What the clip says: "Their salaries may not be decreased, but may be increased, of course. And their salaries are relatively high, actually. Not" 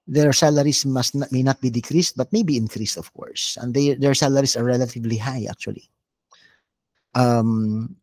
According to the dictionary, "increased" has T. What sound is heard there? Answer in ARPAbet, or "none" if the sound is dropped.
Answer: T